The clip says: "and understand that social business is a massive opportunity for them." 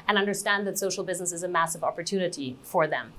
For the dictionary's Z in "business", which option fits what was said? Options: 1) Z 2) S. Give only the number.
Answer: 1